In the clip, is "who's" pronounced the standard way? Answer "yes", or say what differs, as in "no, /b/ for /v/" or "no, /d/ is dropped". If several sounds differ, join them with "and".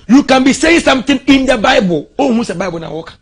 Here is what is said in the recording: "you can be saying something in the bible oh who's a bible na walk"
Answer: no, /s/ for /z/